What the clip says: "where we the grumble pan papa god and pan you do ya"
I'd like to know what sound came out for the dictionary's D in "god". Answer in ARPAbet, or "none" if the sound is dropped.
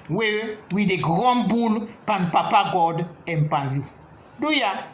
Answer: D